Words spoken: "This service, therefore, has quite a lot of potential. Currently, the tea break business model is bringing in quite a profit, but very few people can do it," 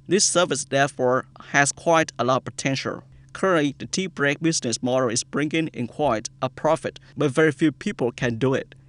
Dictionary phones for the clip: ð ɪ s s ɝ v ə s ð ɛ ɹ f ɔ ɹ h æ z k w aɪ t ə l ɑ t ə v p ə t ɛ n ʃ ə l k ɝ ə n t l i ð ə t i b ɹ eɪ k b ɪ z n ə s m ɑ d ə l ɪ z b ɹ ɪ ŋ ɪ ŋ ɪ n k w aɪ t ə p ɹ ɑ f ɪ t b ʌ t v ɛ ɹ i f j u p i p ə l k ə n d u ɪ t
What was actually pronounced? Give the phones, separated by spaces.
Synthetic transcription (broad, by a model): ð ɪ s s ɝ v ə s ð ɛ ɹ f ɔ ɹ h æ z k w aɪ t ə l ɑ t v p ə t ɛ n ʃ ə l k ɝ ə n t l i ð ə t i b ɹ eɪ k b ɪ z n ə s m ɑ d ə l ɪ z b ɹ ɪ ŋ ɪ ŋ ɪ n k w aɪ t ə p ɹ ɑ f ɪ t b ʌ t v ɛ ɹ i f j u p i p ə l k ə n d u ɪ t